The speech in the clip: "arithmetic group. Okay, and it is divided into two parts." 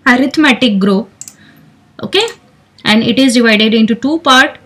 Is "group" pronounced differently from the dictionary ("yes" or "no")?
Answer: yes